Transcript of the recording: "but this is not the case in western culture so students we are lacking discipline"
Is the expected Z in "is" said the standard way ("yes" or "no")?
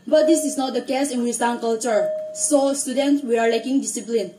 no